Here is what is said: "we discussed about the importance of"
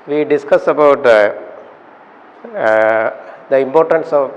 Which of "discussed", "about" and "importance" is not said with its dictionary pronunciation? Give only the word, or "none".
discussed